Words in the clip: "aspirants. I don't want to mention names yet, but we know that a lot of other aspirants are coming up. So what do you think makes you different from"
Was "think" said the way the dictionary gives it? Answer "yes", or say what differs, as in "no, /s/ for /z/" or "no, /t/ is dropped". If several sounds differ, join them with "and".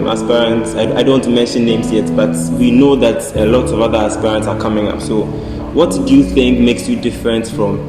yes